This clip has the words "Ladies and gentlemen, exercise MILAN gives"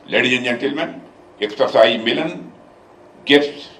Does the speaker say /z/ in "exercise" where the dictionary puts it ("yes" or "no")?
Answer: no